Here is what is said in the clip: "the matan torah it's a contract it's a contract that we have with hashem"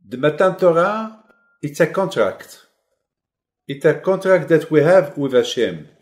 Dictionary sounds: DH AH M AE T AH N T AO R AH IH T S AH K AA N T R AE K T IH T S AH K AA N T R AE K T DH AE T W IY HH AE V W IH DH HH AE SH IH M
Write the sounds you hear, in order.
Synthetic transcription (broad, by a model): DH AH M AE T AH N T AO R AH IH T S AH K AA N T R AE K T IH T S AH K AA N T R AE K T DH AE T W IY HH AE V W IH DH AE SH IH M